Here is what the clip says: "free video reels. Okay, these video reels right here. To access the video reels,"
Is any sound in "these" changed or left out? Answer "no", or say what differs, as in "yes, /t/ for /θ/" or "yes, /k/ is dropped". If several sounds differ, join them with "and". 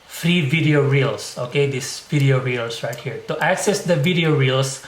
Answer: yes, /s/ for /z/